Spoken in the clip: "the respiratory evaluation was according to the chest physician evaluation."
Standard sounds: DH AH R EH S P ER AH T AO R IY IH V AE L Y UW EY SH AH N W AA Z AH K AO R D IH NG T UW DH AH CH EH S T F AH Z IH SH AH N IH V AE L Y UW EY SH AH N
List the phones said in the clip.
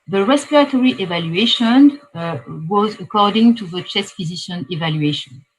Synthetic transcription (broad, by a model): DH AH R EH S P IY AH T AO R IY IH V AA L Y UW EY SH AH N W AA Z AH K AO R D IH NG T UW DH AH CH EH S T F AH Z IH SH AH N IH V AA L Y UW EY SH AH N